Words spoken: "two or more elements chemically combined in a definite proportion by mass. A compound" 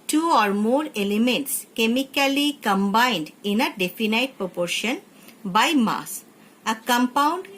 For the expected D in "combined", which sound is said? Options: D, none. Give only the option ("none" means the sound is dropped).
D